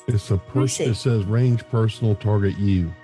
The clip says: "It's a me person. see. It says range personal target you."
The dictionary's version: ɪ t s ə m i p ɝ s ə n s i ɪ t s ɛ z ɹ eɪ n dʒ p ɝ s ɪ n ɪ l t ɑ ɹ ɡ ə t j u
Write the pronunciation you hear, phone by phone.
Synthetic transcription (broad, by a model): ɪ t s ə p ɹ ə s ɪ t s ɛ z ɹ eɪ n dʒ p ɝ s n l t ɑ ɹ ɡ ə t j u